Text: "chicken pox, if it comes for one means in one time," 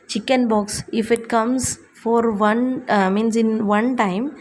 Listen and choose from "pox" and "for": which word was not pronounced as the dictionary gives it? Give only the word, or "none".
pox